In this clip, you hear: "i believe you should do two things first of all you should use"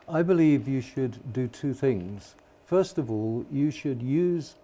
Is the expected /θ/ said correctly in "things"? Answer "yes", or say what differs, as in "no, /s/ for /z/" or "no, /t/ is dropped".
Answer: yes